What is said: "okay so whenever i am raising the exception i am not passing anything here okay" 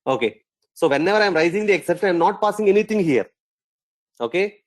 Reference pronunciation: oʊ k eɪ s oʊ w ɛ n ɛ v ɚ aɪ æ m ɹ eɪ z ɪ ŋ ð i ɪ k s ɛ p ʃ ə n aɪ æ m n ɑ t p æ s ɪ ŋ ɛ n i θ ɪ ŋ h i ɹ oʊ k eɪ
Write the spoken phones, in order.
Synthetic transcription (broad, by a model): oʊ k eɪ s oʊ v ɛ n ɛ v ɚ aɪ m ɹ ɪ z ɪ ŋ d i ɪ k s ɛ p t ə ɪ m n ɑ t p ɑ s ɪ ŋ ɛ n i t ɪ ŋ h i ɹ oʊ k eɪ